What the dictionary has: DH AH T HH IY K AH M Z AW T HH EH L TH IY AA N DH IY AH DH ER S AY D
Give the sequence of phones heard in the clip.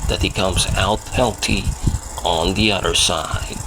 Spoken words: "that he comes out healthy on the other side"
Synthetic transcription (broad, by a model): DH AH T HH IY K AH M Z AW T HH EH L T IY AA N DH IY AH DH ER S AY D